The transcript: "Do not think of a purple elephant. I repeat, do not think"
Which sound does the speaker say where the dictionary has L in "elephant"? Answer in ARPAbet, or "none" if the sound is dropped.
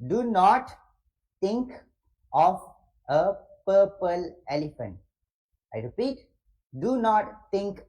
L